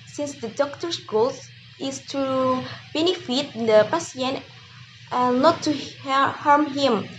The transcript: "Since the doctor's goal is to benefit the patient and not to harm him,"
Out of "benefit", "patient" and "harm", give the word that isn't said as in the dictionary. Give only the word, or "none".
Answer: patient